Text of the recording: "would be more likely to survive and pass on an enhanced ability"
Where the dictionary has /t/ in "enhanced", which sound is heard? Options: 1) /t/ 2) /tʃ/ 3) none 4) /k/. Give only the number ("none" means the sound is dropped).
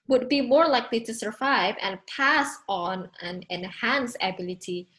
3